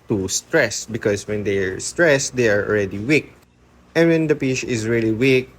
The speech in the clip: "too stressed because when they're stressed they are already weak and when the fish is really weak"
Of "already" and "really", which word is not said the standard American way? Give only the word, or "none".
already